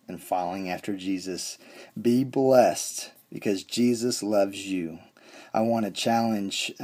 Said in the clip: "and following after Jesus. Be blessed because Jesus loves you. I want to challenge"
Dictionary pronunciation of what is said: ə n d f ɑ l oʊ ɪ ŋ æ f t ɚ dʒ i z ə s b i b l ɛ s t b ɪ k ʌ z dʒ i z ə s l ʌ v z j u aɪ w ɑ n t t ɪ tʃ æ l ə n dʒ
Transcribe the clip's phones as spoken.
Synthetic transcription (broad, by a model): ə n f ɑ l oʊ ɪ ŋ æ f t ɚ dʒ i z ə s b i b l ɛ s t b ɪ k ʌ z dʒ i z ə s l ʌ v z j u aɪ w ɑ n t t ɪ tʃ æ l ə n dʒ